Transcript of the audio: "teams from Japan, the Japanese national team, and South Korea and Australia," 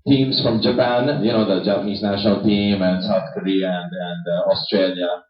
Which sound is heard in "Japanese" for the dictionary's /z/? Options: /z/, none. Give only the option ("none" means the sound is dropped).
/z/